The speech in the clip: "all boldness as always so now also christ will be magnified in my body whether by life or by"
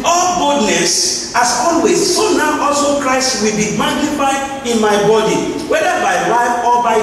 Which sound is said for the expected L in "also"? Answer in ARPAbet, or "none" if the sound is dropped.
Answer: L